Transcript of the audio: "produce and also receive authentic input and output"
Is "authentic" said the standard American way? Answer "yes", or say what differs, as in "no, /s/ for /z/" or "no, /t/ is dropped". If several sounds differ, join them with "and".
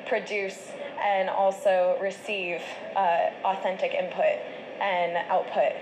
yes